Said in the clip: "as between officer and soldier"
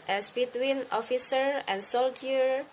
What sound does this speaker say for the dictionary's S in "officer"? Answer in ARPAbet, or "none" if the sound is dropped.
S